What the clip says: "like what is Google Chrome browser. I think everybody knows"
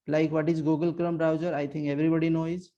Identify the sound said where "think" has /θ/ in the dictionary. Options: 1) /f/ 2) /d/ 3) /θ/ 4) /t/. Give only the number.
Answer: 4